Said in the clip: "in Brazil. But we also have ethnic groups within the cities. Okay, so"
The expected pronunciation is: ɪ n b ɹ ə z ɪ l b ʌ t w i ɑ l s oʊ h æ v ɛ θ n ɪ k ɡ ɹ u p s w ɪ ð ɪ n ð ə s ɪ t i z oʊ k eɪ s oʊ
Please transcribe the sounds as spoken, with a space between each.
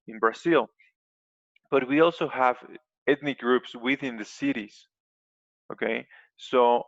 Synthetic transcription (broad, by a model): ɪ n b ɹ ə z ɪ l b ʌ t w i ɑ l s oʊ h æ v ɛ t n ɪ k ɡ ɹ u p s w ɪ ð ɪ n ð ə s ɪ t i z oʊ k eɪ s oʊ